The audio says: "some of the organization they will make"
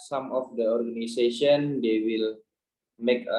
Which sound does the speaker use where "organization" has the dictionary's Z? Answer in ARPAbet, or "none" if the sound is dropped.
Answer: S